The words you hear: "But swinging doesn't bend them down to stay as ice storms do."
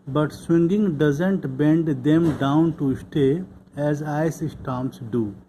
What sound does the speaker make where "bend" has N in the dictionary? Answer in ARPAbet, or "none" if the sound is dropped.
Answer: N